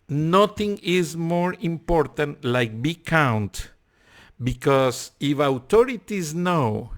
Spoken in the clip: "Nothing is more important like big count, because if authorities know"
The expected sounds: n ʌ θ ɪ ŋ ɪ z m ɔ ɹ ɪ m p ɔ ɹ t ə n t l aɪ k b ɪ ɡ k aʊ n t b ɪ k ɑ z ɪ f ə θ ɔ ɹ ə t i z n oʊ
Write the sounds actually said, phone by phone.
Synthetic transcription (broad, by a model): n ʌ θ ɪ ŋ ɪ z m ɔ ɹ ɪ m p ɔ ɹ t ə n t l aɪ k b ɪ k aʊ n t b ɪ k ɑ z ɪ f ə t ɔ ɹ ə t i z n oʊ